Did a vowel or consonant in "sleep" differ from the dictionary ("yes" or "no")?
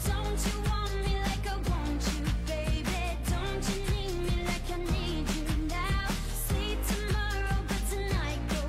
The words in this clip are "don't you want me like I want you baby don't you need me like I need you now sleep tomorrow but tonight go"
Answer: yes